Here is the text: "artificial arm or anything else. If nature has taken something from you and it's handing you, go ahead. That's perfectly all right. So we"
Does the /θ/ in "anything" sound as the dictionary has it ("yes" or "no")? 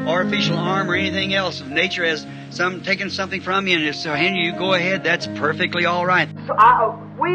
yes